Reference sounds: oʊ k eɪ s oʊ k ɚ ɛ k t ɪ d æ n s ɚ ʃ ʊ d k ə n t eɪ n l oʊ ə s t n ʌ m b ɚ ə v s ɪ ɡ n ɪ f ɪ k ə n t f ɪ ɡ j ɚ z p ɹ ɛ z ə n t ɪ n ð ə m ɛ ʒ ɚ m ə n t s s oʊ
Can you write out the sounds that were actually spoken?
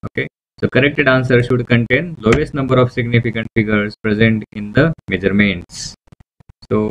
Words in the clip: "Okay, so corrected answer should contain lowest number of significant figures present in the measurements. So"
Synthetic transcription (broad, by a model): oʊ k eɪ s oʊ k ɚ ɛ k t ɪ d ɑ n s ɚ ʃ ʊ d k ə n t eɪ n l oʊ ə s t n ʌ m b ɚ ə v s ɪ ɡ n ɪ f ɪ k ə n t f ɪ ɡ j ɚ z p ɹ ɛ z ə n t ɪ n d ə m ɛ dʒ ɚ m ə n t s s oʊ